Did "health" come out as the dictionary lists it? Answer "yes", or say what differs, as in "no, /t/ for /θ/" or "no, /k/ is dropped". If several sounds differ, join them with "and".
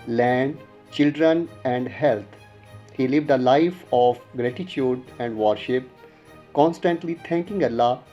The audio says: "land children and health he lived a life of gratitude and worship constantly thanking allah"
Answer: no, /t/ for /θ/